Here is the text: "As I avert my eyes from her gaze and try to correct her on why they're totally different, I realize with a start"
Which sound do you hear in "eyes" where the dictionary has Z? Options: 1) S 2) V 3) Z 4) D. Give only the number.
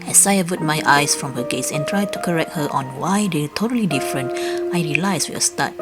1